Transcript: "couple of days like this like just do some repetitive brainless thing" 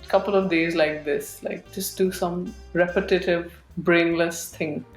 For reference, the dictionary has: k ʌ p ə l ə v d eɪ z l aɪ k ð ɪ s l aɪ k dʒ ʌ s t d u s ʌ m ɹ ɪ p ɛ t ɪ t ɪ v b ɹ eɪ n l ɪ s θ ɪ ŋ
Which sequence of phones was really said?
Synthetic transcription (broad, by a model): k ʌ p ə l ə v d eɪ z l aɪ k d ɪ s l aɪ k dʒ ʌ s t d u s ʌ m ɹ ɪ p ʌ t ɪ t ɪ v b ɹ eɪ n l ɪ s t ɪ ŋ